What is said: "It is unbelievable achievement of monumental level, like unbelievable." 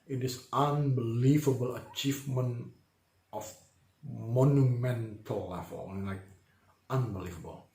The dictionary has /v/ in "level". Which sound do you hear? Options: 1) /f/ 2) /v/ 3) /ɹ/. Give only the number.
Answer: 1